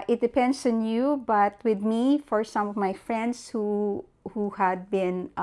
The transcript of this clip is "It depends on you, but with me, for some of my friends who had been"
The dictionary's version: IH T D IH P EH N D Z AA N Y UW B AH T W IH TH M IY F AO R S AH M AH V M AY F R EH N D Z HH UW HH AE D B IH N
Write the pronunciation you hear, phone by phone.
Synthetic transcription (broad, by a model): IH T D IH P EH N D S AA N Y UW B AH T W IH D M IY F AO R S AH M AH V M AY F R EH N D S HH UW HH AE D B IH N